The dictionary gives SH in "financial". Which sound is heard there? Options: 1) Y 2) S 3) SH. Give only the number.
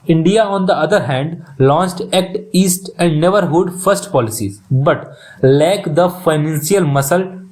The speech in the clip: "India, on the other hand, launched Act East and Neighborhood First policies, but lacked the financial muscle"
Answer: 2